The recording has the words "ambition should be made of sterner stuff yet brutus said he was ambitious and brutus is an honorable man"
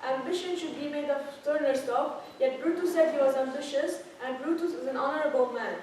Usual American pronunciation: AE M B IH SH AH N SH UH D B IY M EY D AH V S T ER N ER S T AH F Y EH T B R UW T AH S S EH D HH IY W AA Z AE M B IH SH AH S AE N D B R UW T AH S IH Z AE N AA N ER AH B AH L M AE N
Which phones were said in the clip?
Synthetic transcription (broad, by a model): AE M B IH SH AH N SH UH D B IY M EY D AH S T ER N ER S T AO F Y EH T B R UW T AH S S EH D HH IY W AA Z AE M B IH SH AH S AE N D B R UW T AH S IH Z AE N AA N ER AH B AH L M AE N